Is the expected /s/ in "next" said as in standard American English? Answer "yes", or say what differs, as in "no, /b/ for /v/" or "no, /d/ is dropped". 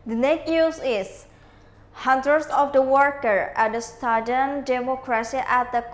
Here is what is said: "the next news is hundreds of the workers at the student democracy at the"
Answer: no, /s/ is dropped